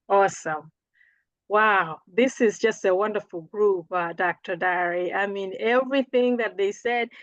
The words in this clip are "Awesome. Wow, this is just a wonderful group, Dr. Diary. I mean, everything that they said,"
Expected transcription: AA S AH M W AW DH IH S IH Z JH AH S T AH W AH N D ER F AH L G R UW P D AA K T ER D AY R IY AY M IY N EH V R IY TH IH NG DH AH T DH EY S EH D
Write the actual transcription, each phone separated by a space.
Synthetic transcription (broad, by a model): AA S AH M W AW DH IH S IH Z JH AH S T AH W AH N D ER F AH L G R UW P D AA K T ER D AY R IY AY M IY N EH V R IY TH IH NG DH AH T DH EY S EH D